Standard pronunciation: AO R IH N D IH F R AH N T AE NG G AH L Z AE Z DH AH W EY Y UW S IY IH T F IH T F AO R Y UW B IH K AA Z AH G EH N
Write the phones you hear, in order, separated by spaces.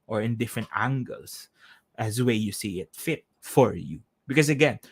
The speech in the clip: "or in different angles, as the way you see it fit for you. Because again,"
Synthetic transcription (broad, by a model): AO R IH N D IH F R AH N T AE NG G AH L S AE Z W EY Y UW S IY IH T F IH T F AO R Y UW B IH K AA S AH G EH N